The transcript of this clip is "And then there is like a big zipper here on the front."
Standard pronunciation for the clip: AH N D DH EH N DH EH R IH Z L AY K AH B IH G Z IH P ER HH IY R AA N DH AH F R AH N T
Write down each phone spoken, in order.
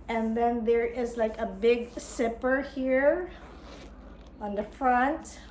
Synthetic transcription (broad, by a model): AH N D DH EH N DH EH R IH Z L AY K AH B IH G S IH P ER HH IY R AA N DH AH F R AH N T